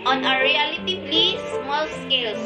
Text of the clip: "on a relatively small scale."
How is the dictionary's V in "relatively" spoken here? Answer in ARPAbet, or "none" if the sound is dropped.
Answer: P